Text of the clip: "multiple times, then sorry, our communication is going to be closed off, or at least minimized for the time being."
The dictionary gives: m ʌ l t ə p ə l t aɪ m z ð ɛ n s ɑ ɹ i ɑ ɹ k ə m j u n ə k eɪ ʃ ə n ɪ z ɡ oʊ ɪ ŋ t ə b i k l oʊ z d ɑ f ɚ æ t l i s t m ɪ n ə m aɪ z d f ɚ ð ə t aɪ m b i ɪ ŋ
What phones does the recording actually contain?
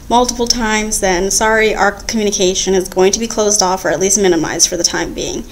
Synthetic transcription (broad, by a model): m ʌ l t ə p l t aɪ m z ð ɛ n s ɑ ɹ i ɑ ɹ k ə m j u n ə k eɪ ʃ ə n ɪ z ɡ oʊ ɪ ŋ t ə b i k l oʊ z d ɑ f ɚ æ t l i s t m ɪ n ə m aɪ z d f ɚ ð ə t aɪ m b i ɪ ŋ